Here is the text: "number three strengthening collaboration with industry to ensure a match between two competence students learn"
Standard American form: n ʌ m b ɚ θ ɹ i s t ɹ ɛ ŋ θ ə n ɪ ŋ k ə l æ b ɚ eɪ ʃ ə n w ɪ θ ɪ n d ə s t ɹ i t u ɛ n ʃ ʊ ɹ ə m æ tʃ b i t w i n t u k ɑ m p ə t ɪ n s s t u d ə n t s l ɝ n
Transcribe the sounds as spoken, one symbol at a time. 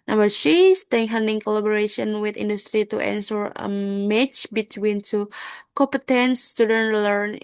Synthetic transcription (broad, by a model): n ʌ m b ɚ s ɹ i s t ɛ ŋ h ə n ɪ ŋ k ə l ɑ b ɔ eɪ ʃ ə n w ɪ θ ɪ n d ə s t ɹ i t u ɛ n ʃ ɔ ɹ ə m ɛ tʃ b i t w i n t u k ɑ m p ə t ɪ n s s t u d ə n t l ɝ n